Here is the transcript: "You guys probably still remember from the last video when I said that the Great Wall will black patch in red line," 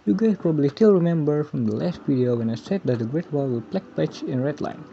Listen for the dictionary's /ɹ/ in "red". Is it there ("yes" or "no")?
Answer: yes